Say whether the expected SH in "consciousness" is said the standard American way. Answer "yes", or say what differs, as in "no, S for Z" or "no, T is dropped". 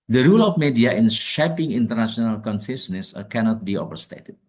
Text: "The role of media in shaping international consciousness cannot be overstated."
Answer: no, S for SH